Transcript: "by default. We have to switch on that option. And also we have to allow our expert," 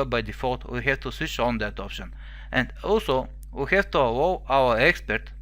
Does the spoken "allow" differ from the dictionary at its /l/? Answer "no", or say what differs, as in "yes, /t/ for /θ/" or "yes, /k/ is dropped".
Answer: yes, /w/ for /l/